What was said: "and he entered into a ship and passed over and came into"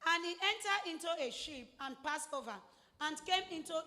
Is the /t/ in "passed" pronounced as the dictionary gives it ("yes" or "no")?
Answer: no